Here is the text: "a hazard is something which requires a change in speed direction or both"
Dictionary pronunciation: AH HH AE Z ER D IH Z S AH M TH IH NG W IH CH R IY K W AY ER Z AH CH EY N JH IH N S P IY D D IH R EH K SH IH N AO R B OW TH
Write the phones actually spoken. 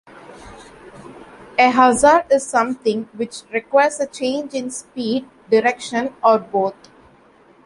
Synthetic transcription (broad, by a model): AH HH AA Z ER D IH Z S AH M T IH NG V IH CH R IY K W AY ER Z AH CH EY N JH IH N S P IY D D IH R EH K SH IH N AO R B OW T